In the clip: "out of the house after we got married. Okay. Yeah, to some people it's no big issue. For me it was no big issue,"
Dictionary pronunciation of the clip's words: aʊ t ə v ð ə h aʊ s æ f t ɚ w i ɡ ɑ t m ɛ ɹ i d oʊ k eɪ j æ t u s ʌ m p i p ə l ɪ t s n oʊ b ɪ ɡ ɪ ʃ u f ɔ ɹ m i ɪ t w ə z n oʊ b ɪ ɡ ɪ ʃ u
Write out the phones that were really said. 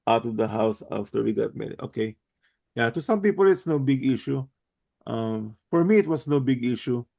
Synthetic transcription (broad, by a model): aʊ t ə v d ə h aʊ s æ f t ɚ w i ɡ ɑ t m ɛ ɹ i oʊ k eɪ j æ t u s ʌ m p i p ə l ɪ t s n oʊ b ɪ ɡ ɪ ʃ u f ɔ ɹ m i ɪ t w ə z n oʊ b ɪ ɡ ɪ ʃ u